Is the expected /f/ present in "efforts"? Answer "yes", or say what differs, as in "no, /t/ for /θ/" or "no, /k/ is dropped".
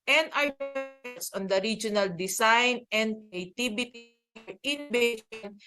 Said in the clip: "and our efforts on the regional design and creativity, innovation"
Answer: no, /f/ is dropped